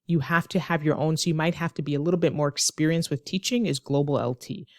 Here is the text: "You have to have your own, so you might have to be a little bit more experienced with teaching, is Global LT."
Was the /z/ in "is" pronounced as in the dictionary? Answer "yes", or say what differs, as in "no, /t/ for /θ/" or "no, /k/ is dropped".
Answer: yes